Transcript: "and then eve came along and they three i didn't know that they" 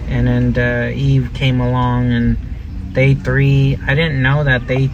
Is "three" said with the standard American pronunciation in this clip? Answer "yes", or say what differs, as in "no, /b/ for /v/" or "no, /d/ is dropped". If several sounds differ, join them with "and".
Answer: yes